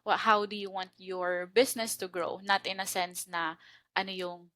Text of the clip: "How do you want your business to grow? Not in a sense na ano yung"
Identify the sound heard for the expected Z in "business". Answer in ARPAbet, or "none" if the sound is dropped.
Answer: S